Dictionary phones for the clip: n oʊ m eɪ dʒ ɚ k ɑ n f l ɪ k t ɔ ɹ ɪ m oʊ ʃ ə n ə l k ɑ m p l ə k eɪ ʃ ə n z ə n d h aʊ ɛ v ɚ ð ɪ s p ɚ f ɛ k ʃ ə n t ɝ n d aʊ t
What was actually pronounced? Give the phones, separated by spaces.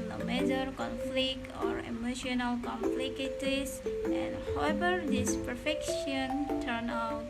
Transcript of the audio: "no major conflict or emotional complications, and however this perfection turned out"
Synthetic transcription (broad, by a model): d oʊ m eɪ dʒ ɚ k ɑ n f l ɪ k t ɔ ɹ ɪ m oʊ ʃ ə n ə l k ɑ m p l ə k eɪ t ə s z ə n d h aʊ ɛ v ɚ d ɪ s p ɚ f ɛ k ʃ ə n t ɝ n aʊ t